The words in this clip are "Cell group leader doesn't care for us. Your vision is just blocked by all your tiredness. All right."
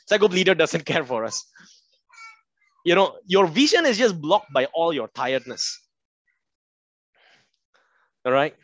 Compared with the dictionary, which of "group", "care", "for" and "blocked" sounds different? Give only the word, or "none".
group